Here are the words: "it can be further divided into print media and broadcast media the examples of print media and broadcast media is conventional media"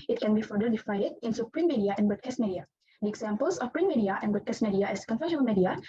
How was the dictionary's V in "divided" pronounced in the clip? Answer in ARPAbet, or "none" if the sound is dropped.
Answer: F